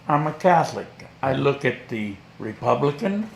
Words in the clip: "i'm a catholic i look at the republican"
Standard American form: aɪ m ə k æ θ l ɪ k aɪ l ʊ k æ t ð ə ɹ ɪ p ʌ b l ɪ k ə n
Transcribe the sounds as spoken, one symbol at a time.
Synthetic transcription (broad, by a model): aɪ m ə k æ θ l ɪ k aɪ l ʊ k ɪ t ð ə ɹ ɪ p ʌ b l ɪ k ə n